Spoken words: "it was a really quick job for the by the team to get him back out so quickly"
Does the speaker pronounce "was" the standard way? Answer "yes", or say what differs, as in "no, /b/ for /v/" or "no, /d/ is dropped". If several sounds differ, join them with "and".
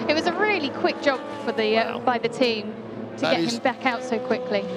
yes